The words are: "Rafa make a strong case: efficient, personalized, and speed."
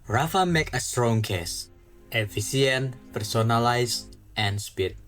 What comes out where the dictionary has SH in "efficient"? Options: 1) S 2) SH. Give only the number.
1